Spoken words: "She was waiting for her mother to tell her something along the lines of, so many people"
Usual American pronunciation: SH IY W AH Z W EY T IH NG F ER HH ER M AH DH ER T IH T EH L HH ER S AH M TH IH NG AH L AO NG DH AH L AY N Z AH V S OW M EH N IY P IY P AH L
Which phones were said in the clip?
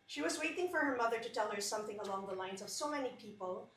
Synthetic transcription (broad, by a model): SH IY W AH Z W EY T IH NG F ER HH ER M AH DH ER T IH T EH L HH ER S AH M TH IH NG AH L AO NG DH AH L AY N Z AH V S OW M EH N IY P IY P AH L